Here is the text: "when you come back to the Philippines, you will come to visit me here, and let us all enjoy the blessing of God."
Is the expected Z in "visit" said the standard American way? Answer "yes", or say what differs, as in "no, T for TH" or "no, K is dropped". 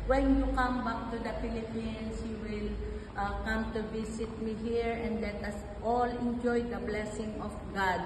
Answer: no, S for Z